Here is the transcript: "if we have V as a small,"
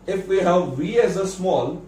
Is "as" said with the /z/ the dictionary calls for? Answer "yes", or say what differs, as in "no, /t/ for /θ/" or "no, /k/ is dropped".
yes